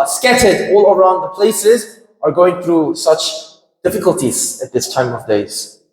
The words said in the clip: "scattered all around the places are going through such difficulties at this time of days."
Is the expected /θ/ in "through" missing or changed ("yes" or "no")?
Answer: no